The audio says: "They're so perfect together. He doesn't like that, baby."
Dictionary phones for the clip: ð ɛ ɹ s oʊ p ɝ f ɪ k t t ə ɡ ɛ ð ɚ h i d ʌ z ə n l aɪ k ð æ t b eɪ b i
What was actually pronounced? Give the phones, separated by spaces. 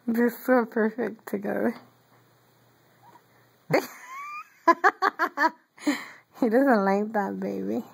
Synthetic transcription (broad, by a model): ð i s oʊ p ɝ f ɪ k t t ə ɡ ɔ ʊ h i d ʌ z ə n l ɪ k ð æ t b eɪ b i